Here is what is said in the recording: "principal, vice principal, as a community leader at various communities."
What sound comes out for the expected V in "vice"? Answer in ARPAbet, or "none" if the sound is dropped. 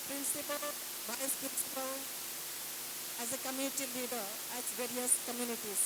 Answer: B